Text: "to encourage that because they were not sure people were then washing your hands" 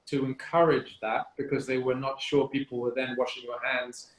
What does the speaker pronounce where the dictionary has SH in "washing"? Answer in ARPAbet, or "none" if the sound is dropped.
SH